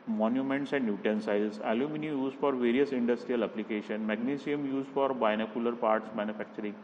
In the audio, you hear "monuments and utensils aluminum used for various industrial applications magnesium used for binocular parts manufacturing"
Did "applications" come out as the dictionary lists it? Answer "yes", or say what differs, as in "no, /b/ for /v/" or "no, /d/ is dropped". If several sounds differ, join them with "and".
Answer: no, /z/ is dropped